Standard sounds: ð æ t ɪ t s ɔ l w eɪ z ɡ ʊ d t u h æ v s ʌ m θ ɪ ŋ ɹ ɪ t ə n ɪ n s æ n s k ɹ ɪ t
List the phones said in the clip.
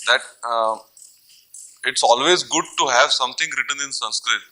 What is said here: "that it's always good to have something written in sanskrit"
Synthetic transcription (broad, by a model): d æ t ɪ t s ɔ l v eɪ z ɡ ʊ d t u h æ v s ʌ m t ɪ ŋ ɹ ɪ t ə n ɪ n s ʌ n s k ɹ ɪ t